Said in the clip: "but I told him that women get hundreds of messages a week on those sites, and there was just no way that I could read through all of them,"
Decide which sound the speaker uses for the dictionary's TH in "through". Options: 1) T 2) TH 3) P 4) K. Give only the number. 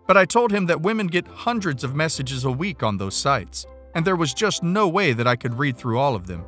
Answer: 2